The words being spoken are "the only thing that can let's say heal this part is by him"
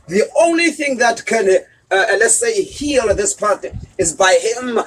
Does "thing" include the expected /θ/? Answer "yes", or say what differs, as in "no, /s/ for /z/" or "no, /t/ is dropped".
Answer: yes